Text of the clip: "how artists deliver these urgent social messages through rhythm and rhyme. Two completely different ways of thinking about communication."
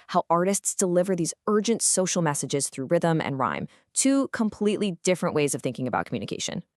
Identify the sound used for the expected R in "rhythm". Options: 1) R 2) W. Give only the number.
1